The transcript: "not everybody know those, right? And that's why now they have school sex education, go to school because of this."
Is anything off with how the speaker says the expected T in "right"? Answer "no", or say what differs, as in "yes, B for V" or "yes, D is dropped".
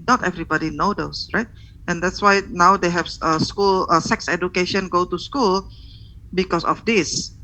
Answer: no